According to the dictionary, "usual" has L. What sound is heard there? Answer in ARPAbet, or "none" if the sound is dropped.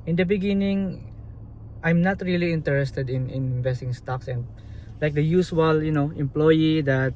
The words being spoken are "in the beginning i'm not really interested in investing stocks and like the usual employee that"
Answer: N